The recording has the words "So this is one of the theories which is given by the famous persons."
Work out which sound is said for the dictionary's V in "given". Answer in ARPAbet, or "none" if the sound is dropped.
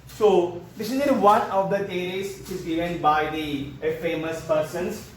none